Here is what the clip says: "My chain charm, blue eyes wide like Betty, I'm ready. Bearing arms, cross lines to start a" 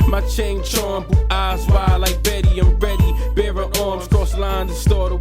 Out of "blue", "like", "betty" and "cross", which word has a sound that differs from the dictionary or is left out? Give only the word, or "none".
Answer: blue